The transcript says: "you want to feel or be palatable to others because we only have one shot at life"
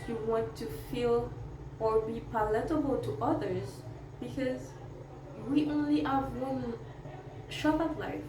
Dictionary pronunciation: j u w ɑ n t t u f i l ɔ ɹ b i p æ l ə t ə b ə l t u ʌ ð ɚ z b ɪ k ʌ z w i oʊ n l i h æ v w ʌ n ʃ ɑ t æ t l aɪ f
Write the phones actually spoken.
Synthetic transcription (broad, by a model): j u w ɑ n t t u f i l ɔ ɹ b i p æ l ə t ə b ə l t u ʌ ð ɚ z b ɪ k ʌ z w i oʊ n l i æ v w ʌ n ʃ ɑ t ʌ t l aɪ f